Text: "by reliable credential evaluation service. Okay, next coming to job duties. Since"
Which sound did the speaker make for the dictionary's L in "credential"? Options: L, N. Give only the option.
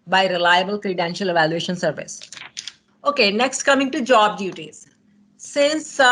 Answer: L